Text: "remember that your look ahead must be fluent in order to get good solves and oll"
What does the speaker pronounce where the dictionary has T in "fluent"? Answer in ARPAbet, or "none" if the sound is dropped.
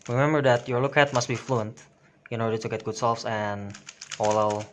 T